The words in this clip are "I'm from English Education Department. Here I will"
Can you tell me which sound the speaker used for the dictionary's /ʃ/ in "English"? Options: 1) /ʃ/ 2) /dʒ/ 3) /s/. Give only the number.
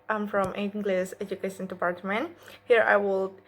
3